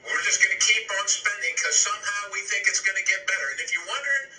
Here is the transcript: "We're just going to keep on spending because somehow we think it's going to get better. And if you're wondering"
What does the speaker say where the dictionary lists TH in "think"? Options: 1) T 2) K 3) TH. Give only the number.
3